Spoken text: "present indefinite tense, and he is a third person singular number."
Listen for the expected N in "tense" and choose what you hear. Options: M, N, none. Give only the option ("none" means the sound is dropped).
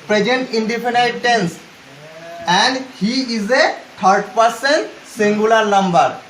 N